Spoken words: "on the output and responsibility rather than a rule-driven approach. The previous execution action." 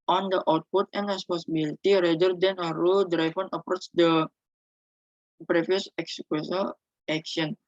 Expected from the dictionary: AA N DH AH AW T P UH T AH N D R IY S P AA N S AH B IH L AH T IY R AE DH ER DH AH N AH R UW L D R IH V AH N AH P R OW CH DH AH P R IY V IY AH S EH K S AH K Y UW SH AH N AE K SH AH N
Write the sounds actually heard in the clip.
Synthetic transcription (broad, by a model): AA N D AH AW T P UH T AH N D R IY S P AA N S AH B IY L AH T IY R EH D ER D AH N AH R UW L D R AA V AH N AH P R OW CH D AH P R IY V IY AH S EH K S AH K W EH S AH L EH K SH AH N